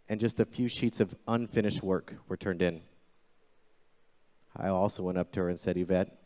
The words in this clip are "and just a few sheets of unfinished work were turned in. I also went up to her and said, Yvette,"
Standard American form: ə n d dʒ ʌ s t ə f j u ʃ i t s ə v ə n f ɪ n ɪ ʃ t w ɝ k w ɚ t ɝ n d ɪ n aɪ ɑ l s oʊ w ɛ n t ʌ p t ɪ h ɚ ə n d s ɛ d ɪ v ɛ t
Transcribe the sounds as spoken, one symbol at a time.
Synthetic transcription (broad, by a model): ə n dʒ ʌ s t ə f j u ʃ i t s ə v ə n f ɪ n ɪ ʃ t w ɝ k w ɚ t ɝ n d ɪ n aɪ ɑ l s oʊ w ɛ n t ʌ p t ɪ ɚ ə n s ɛ d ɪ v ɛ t